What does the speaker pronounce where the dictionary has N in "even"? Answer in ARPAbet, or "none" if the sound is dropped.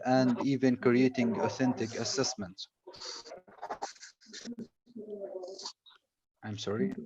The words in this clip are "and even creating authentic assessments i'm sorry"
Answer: N